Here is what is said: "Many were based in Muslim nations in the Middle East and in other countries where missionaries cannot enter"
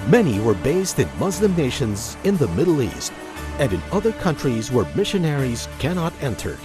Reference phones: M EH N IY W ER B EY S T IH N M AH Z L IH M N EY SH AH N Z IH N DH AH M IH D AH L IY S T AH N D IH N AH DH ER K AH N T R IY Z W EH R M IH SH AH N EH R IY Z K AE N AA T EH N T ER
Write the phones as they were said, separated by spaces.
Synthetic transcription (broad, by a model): M EH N IY W ER B EY S T IH N M AH Z L IH M N EY SH AH N Z IH N DH AH M IH D L IY S T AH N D IH N AH DH ER K AH N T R IY Z W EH R M IH SH AH N EH R IY Z K AE N AA T EH N T ER